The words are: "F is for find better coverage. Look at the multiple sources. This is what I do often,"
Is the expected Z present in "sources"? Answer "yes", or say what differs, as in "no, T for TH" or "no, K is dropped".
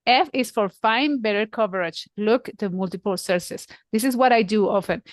no, S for Z